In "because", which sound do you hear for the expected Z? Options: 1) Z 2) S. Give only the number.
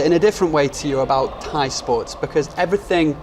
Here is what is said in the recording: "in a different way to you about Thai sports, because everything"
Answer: 1